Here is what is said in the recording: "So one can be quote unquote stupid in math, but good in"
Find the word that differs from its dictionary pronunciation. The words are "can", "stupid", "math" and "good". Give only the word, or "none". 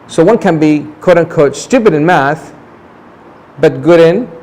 none